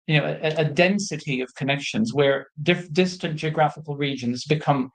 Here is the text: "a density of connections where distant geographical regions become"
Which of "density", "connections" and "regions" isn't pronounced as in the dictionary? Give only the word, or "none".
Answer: none